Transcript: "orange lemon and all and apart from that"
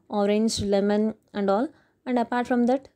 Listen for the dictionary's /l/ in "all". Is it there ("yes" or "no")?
yes